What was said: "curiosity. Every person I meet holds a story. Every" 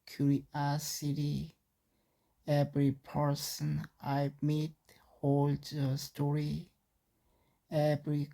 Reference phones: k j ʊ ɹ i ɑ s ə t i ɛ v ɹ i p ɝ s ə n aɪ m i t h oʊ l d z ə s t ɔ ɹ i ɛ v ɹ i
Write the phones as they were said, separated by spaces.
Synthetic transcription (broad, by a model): k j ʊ ɹ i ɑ s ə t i ɛ v ɹ i p ɝ s ə n aɪ m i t h oʊ l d ə s t ɔ ɹ i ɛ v ɹ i